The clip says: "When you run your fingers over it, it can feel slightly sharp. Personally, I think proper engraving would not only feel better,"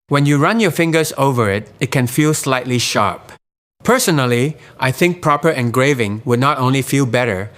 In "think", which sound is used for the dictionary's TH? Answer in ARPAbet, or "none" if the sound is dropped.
TH